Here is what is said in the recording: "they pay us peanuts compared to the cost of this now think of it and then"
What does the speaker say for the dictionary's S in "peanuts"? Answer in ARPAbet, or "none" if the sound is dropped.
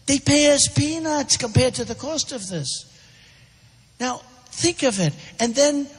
S